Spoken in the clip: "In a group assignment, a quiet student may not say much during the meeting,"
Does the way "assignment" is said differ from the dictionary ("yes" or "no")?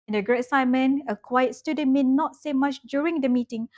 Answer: yes